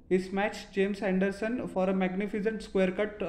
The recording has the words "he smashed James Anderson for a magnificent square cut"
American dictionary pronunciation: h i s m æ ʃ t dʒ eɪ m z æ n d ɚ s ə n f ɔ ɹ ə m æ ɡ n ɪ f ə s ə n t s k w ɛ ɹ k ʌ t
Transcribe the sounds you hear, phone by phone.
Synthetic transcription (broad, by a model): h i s m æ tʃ dʒ eɪ m s æ n d ɚ s ə n f ɔ ɹ ə m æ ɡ n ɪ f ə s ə n t s k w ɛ ɹ k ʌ t